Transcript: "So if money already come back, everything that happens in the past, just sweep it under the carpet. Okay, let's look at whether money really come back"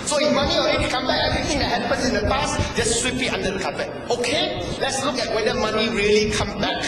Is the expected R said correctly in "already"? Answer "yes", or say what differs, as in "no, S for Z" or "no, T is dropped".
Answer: no, R is dropped